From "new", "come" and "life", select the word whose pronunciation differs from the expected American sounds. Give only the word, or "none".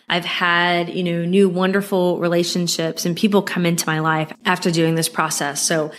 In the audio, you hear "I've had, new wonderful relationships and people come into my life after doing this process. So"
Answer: none